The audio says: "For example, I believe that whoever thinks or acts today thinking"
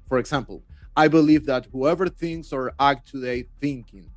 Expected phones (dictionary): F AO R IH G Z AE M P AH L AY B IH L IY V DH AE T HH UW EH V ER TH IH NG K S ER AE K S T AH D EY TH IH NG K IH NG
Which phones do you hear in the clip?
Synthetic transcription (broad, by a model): F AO R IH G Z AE M P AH L AY B IH L IY V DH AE T HH UW EH V ER TH IH NG K S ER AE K T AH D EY TH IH NG K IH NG